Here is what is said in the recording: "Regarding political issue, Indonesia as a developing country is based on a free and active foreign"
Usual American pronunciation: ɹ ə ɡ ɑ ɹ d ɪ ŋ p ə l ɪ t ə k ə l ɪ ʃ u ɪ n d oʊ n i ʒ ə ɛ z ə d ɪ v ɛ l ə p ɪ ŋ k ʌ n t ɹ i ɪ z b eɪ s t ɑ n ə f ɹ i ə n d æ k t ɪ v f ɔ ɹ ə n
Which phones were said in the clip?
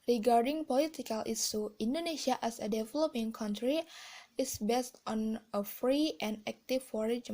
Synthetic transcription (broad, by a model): ɹ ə ɡ ɑ ɹ d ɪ ŋ p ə l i t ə k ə l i s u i n d oʊ n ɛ s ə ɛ s ə d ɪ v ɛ l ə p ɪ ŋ k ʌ n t ɹ i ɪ s b eɪ s t ɑ n ə f ɹ i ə n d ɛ k t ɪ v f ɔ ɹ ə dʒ